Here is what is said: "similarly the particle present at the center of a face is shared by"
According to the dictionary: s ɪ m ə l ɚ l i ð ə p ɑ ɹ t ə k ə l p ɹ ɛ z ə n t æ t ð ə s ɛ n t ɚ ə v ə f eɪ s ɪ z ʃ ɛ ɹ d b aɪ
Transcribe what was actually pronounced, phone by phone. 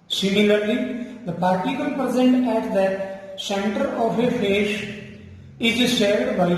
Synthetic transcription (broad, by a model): s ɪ m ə l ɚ l i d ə p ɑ ɹ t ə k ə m p ɹ ɛ z ə n t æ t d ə s ɛ n t ɚ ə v ə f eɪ ʃ ɪ z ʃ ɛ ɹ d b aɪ